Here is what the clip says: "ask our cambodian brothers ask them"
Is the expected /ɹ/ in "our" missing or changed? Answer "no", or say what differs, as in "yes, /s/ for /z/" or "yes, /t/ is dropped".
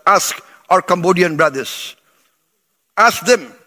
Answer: no